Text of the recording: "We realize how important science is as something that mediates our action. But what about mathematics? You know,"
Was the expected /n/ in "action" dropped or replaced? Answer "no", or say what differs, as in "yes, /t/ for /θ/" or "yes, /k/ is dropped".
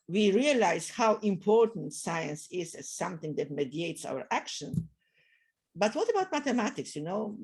no